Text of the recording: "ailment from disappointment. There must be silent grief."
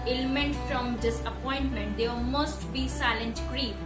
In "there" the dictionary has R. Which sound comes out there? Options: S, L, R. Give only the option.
L